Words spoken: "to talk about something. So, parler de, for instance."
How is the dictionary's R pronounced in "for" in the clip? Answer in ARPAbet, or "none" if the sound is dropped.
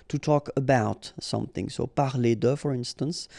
R